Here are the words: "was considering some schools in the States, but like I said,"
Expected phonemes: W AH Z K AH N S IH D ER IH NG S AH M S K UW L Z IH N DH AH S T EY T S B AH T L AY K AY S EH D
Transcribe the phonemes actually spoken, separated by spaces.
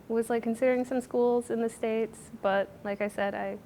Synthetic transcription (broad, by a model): W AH Z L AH N S IH D ER IH NG S AH M S K UW L Z IH N DH AH S T EY T S B AH T L AY K AY S EH D